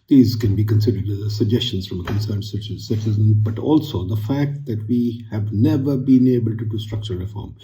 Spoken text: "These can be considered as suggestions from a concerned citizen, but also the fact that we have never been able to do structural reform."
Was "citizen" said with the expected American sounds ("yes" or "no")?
no